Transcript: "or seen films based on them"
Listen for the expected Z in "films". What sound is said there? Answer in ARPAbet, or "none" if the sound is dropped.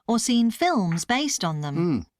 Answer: Z